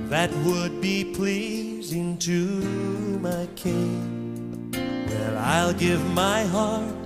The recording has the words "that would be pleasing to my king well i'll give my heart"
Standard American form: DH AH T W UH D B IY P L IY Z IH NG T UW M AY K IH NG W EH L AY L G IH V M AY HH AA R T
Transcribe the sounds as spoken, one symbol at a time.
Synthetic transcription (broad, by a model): DH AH T W UH D B IY P L IY Z IH NG T UW M AY K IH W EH N AY L G IH V M AY HH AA R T